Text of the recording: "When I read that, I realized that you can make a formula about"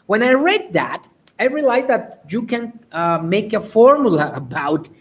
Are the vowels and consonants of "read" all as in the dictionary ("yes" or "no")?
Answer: yes